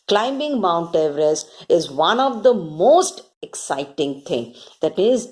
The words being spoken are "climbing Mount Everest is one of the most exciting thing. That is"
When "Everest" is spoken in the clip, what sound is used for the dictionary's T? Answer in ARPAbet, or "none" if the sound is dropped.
none